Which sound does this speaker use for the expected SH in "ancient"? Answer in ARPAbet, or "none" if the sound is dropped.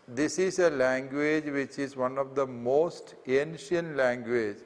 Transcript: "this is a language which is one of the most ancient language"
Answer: SH